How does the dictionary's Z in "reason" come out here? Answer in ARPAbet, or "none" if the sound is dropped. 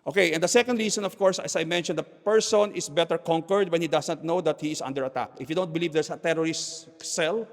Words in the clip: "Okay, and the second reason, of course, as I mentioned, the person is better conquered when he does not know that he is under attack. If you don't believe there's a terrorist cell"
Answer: S